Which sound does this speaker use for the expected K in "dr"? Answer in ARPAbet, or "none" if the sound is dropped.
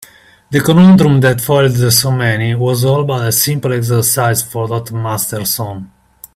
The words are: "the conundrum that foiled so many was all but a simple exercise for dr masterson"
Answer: none